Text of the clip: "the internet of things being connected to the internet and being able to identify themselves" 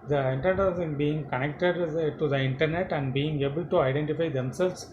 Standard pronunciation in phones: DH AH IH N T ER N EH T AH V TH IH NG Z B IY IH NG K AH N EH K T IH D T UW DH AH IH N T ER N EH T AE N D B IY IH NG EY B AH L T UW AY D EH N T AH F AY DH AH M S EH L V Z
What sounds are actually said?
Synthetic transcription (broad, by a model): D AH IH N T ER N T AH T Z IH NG B IY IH NG K AH N EH K T IH D T UW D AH IH N T ER N EH T AE N D B IY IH NG EY B AH L T UW AY D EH N T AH F AY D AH M S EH L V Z